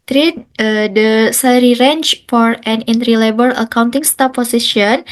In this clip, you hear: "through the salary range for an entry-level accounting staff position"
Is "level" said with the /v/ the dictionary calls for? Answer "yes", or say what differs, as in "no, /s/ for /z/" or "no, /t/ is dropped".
no, /b/ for /v/